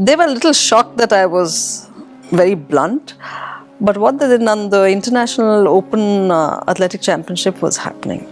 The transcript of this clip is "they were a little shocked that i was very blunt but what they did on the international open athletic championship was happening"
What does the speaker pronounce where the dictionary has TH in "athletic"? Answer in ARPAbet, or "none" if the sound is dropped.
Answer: T